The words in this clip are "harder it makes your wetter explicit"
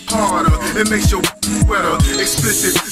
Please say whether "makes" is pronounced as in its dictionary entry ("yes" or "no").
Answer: yes